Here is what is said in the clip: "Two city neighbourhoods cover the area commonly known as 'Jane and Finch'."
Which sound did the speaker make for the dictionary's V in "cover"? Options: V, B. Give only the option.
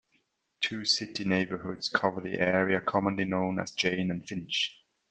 V